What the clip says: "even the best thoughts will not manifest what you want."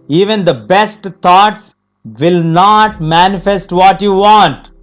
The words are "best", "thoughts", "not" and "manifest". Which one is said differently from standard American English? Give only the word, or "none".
thoughts